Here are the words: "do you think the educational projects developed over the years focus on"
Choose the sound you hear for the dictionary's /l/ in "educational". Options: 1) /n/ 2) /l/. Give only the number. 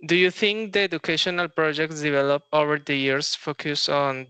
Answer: 2